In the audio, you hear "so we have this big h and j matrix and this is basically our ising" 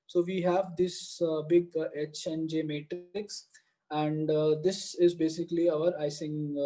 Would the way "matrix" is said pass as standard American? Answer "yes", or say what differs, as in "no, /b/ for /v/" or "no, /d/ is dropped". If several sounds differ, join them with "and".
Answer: yes